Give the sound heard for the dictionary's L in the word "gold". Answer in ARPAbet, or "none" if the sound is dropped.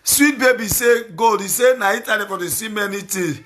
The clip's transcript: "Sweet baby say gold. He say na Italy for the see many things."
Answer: none